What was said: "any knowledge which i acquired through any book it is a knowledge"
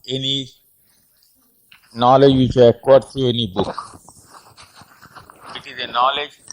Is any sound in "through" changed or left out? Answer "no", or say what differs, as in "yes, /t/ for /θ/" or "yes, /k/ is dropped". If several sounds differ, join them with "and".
yes, /t/ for /θ/